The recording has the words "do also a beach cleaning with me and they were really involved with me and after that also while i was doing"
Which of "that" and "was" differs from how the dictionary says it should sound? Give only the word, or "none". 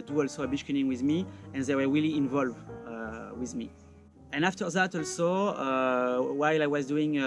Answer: none